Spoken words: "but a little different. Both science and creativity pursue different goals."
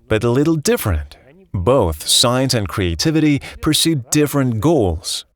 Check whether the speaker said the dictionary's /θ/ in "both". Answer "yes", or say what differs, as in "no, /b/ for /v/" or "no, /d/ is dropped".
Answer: yes